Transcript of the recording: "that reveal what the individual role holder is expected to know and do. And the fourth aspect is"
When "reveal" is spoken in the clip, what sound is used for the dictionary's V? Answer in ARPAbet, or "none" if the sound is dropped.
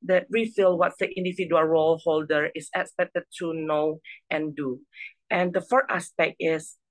F